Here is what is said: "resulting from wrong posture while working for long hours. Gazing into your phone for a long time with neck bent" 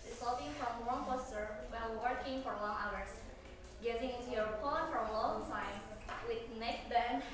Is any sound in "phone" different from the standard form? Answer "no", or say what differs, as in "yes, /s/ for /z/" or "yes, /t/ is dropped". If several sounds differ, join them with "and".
yes, /p/ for /f/